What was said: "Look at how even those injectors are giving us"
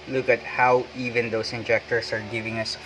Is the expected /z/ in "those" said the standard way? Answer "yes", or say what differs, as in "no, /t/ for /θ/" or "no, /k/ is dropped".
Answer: no, /s/ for /z/